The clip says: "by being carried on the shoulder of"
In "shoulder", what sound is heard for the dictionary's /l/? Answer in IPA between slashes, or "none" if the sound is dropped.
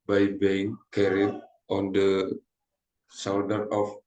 /w/